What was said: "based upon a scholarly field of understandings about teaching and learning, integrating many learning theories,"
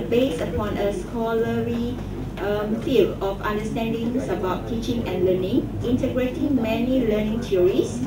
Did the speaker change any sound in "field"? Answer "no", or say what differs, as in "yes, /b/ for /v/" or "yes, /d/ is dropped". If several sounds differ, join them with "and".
yes, /d/ is dropped